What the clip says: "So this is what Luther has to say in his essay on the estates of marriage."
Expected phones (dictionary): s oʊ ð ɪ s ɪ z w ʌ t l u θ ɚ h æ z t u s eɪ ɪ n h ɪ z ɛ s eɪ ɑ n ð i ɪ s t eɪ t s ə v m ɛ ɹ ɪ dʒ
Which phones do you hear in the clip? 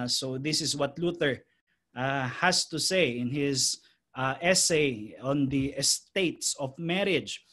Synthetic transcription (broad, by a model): s oʊ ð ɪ s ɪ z w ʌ t l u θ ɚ h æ s t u s eɪ ɪ n h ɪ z ɛ s eɪ ɑ n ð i ɪ s t eɪ t s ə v m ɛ ɹ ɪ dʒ